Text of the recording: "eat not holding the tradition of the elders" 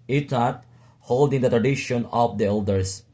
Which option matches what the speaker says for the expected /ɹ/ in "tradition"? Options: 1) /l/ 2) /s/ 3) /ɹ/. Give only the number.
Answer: 3